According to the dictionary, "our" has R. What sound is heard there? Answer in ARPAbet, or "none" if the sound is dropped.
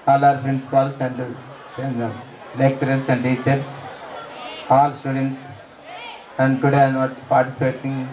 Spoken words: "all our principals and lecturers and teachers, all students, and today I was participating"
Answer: R